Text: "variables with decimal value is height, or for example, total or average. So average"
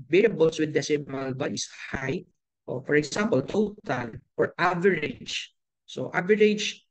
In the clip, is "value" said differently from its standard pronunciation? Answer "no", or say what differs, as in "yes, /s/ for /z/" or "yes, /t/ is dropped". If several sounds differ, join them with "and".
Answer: yes, /b/ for /v/